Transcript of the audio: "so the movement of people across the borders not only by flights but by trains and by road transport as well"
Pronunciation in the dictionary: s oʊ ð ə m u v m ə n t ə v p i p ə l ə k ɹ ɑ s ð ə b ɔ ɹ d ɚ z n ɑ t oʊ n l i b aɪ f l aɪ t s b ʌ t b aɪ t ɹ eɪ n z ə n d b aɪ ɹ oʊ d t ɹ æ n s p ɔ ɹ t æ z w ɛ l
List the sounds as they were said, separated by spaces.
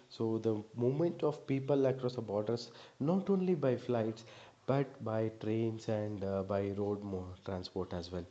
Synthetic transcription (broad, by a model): s oʊ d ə m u m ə n t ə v p i p ə l ə k ɹ ɑ s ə b ɔ ɹ d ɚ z n ɑ t oʊ n l i b aɪ f l aɪ t s b ʌ t b aɪ t ɹ eɪ n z ə n d b aɪ ɹ oʊ d t ɹ æ n s p ɔ ɹ t æ z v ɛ l